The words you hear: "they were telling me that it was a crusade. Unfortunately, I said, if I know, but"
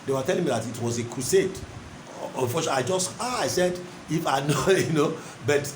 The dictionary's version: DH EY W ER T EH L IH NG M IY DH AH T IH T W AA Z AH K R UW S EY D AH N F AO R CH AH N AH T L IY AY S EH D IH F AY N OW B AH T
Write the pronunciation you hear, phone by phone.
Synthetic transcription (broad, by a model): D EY W ER T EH L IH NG M IY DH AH T IH T W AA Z AH K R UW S EY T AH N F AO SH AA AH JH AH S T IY AY S EH D IH F AY N OW B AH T